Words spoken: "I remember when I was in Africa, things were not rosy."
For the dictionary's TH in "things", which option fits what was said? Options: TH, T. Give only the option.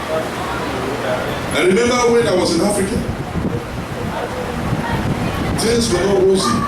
T